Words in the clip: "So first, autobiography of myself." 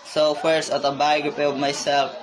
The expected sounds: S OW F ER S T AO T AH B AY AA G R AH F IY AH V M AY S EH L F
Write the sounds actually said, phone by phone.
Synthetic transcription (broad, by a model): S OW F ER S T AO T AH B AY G AH P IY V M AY S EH L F